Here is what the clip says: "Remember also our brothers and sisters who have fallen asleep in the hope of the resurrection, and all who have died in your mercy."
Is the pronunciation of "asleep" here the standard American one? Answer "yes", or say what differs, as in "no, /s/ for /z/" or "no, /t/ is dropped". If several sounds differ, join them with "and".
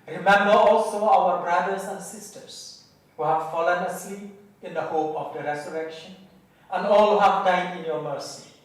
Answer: no, /l/ is dropped and /p/ is dropped